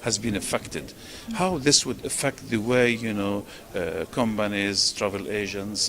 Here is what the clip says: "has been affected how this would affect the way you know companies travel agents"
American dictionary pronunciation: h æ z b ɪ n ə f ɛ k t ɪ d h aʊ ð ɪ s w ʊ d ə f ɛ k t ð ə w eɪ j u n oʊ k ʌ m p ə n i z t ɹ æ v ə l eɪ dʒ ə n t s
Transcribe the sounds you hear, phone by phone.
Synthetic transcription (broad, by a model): h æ z b ɪ n ə f ɛ k t ɪ d h aʊ ð ɪ s w ʊ d ə f ɛ k t ð ə w eɪ j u n oʊ k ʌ m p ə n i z t ɹ æ v ə l eɪ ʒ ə n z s